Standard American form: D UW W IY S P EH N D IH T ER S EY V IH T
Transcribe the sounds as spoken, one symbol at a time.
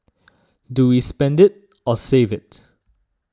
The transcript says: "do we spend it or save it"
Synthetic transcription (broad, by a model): D UW W IY S P EH N D IH T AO S EY V IH T